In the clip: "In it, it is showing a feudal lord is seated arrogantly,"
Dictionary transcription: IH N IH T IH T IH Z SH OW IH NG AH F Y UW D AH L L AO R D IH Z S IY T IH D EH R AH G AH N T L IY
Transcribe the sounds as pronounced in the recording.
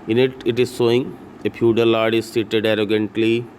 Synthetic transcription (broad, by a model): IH N IH T IH T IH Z S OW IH NG AH P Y UW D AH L L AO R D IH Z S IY T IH D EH R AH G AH N T L IY